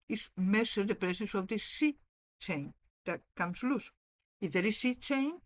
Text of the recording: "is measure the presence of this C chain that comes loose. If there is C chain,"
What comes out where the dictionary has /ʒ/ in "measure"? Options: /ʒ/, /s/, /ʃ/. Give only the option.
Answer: /s/